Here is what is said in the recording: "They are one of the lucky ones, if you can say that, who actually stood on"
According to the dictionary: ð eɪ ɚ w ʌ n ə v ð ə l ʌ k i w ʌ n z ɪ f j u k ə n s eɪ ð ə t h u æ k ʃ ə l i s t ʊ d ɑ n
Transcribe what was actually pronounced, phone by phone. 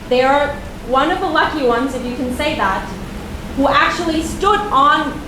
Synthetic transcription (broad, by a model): ð ɚ w ʌ n ə v ð ə l ʌ k i w ʌ n z ɪ f j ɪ k ə n s eɪ ð ə t h u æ k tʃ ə l i s t ʊ d n